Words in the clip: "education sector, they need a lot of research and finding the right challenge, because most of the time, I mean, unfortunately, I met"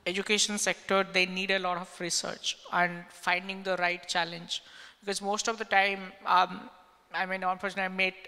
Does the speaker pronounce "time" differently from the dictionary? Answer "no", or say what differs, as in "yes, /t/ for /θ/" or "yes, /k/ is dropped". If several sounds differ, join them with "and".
no